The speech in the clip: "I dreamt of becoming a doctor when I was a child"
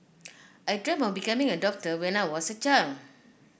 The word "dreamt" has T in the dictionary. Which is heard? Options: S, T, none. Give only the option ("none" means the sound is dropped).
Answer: none